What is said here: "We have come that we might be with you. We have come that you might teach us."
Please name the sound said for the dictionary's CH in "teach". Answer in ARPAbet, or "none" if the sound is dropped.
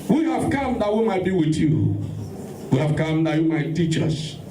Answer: CH